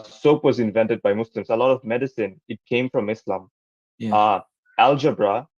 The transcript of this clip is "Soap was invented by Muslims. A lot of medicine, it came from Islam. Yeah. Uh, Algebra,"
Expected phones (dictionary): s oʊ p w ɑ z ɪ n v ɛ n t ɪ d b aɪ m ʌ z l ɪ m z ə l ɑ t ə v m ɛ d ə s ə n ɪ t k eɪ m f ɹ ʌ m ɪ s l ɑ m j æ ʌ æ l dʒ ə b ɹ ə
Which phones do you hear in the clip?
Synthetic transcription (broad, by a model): s oʊ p w ɑ z ɪ n v ɛ n t ɪ d b aɪ m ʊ s l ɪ m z ə l ɑ t ə v m ɛ d ə s ə n ɪ t k eɪ m f ɹ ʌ m ɪ s l ɑ m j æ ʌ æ l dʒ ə b ɹ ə